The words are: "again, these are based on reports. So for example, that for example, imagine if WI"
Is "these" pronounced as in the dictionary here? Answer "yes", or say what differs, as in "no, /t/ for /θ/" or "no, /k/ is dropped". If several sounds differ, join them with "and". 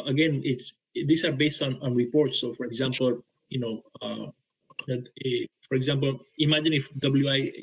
no, /s/ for /z/